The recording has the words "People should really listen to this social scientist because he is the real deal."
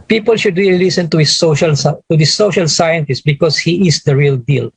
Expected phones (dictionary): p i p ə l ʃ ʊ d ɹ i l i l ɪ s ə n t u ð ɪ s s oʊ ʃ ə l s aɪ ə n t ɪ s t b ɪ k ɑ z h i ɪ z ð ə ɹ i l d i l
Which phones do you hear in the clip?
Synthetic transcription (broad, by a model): p i p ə l ʃ ʊ d ɹ i l i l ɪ s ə n t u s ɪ ʃ s oʊ ʃ ə l s aɪ ə n t ɪ s t b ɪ k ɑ s h i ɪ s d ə ɹ i l d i l